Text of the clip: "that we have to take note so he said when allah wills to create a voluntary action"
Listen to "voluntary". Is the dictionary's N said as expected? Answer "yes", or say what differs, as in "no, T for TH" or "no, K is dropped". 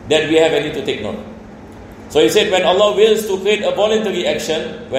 yes